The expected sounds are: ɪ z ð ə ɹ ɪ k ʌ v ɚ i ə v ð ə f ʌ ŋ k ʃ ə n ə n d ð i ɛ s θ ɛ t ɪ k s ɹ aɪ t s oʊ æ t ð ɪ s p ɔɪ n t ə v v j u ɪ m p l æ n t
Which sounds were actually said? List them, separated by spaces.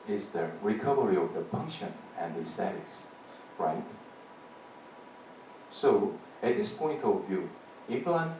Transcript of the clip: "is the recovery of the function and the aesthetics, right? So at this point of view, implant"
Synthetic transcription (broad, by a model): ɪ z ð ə ɹ ɪ k ʌ v ɚ i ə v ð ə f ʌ ŋ k ʃ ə n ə n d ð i s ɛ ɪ s ɹ aɪ t s oʊ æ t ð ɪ s p ɔɪ n t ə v v j u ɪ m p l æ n